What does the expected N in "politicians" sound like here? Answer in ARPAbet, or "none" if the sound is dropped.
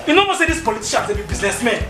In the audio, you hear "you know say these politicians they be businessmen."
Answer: none